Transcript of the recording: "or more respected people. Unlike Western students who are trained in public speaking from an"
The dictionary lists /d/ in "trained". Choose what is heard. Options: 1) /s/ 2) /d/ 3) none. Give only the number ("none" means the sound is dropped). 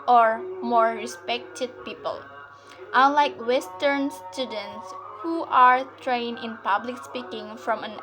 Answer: 3